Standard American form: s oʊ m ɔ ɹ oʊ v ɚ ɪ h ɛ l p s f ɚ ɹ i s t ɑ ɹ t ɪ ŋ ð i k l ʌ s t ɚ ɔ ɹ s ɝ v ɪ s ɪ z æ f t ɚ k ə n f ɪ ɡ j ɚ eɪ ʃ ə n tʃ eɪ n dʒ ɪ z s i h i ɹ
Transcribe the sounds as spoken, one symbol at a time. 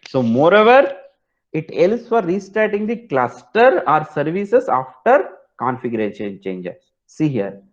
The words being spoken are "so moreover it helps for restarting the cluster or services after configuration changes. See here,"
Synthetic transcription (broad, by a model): s oʊ m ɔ ɹ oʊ v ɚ ɪ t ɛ l s f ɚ ɹ i s t ɹ t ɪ ŋ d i k l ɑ s t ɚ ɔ ɹ s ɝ v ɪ s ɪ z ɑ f t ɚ k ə n f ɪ ɡ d eɪ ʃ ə n tʃ eɪ n dʒ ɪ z s i h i ɹ